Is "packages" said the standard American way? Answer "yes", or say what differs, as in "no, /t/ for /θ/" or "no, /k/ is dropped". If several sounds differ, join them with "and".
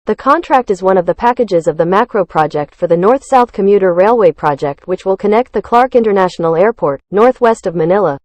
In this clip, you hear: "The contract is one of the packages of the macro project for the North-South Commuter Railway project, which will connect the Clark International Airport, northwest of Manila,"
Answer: yes